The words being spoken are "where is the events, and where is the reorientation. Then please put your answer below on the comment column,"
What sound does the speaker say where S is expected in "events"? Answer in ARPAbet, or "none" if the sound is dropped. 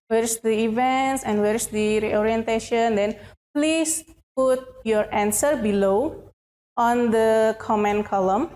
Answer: S